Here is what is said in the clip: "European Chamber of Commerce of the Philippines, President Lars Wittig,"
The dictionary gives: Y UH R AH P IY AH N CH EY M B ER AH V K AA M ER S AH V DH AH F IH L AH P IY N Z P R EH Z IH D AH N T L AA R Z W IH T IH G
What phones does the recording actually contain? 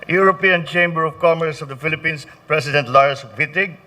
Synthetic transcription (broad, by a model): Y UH R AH P IY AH N CH EY M B ER AH V K AA M ER S AH V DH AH F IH L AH P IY N S P R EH S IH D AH N T L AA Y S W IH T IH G